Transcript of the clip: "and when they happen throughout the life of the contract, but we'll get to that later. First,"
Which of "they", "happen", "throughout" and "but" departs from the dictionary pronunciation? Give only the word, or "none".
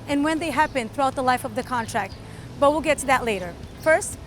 none